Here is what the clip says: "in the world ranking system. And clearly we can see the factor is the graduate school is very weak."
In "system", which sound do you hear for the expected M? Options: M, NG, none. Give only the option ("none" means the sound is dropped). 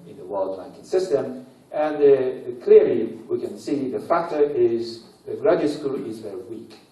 M